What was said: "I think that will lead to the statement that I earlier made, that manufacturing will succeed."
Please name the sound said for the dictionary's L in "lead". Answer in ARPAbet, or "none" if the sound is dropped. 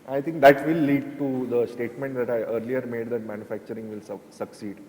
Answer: L